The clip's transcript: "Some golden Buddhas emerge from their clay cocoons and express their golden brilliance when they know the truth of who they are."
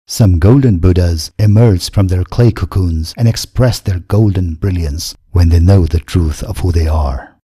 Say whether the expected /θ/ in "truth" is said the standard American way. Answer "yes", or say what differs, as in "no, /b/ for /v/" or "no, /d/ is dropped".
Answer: yes